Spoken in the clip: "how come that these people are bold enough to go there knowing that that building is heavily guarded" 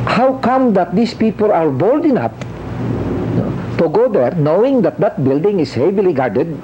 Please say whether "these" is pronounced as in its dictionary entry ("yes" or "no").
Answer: no